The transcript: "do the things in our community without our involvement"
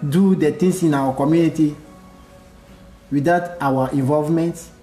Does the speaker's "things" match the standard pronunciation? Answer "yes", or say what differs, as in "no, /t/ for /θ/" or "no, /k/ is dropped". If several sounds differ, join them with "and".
no, /t/ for /θ/ and /s/ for /z/